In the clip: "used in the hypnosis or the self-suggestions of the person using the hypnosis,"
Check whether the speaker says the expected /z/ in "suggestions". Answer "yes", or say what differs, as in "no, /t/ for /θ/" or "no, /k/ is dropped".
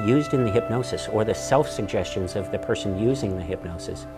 yes